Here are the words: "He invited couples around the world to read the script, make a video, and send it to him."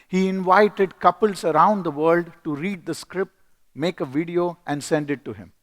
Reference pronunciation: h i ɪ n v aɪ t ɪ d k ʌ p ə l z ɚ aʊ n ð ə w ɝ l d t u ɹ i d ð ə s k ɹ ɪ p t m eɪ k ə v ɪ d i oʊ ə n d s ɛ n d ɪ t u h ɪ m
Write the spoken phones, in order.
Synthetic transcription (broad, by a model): h i ɪ n v aɪ t ɪ d k ʌ p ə l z ɚ aʊ n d ə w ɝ l d t u ɹ i d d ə s k ɹ ɪ p t m eɪ k ə v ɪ d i oʊ ə n d s ɛ n d ɪ t u h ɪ m